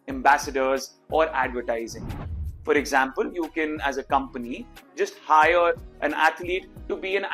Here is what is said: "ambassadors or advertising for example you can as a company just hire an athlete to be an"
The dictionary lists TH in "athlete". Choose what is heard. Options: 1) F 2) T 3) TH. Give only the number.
2